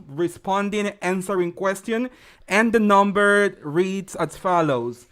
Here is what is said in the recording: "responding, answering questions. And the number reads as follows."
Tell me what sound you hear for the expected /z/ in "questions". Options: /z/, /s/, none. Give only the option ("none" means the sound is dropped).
none